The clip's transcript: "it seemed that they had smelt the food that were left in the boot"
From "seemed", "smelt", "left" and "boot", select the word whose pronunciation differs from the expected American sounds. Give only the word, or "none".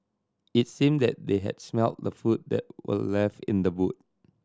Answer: left